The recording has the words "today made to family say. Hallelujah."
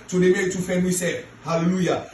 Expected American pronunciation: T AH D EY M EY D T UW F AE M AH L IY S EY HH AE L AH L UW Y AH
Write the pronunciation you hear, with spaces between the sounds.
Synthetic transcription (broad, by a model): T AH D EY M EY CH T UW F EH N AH IY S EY HH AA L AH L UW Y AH